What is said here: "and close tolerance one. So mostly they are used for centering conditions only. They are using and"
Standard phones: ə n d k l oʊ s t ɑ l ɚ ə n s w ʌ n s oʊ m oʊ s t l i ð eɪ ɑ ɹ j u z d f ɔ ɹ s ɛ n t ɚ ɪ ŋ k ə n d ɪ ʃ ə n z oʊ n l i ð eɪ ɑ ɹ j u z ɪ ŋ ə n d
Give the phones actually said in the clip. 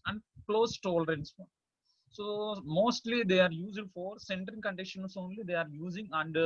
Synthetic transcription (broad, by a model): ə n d k l oʊ s t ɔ l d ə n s s oʊ m oʊ s t l i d eɪ ɑ ɹ j u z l f ɔ ɹ s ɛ n t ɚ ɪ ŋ k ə n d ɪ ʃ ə n s oʊ n l i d eɪ ɑ ɹ j u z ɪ ŋ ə n d